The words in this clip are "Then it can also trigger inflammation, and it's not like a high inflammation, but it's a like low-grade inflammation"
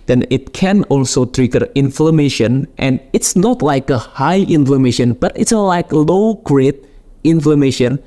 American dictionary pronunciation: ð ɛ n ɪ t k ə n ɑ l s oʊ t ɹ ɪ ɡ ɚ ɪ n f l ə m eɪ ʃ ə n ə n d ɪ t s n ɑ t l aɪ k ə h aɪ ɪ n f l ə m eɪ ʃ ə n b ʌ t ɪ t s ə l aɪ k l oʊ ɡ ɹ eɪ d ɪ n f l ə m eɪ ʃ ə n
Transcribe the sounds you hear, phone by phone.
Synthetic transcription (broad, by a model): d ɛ n ɪ t k ə n ɑ l s oʊ t ɹ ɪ ɡ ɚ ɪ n f l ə m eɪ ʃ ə n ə n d ɪ t s n ɑ t l aɪ k ə h aɪ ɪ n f l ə m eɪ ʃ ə n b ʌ t ɪ t s ə l aɪ k l oʊ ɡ ɹ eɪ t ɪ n f l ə m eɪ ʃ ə n